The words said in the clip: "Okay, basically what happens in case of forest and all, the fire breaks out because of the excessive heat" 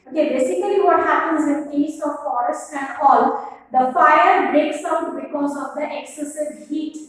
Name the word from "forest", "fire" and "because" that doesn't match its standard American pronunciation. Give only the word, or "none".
none